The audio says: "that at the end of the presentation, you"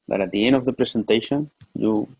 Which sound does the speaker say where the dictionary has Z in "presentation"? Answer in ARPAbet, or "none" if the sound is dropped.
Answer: S